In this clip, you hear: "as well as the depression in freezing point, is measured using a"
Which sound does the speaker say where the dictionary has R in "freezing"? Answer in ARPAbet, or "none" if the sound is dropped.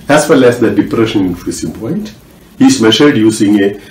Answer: none